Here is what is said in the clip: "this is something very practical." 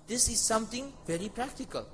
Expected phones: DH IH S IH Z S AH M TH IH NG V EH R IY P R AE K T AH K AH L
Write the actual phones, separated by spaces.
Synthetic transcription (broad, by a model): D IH S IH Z S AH M T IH NG V EH R IY P R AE K T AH K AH L